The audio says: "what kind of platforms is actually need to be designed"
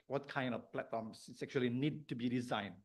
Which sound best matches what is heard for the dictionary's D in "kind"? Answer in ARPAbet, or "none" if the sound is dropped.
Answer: D